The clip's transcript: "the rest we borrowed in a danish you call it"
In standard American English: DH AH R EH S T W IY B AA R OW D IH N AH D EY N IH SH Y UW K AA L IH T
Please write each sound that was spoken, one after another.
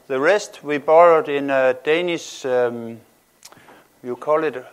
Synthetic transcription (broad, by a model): DH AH R EH S T W IY B AA R OW D IH N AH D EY N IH S Y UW K AA L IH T